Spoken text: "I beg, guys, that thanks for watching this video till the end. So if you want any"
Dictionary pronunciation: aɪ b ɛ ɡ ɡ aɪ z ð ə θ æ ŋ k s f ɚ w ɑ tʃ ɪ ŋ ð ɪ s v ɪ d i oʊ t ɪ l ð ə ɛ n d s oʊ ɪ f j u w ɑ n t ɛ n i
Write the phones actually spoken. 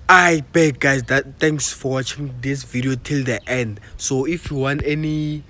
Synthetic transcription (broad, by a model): aɪ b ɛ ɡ ɡ aɪ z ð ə t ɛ ŋ k s f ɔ w ɑ tʃ ɪ ŋ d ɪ s v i d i oʊ t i l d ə ɛ n d s oʊ ɪ f j u w ɑ n t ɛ n i